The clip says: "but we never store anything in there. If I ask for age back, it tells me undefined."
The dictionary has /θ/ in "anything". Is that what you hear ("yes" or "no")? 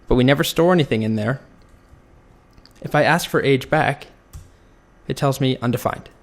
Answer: yes